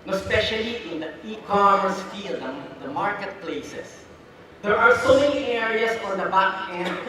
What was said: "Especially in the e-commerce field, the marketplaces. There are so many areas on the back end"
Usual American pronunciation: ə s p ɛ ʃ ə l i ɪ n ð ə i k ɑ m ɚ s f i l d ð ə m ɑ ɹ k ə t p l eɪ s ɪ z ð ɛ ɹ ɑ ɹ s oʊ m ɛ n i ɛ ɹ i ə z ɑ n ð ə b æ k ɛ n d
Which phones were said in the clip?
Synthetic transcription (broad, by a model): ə s p ɛ ʃ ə l i ɪ n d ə i k ɑ m ɚ s f i l d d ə m ɑ ɹ k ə t p l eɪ s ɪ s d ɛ ɹ ɑ ɹ s oʊ m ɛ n i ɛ ɹ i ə s ɑ n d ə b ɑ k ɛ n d